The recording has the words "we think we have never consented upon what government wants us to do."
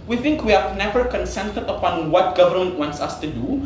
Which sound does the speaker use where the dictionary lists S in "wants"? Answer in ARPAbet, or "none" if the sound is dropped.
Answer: S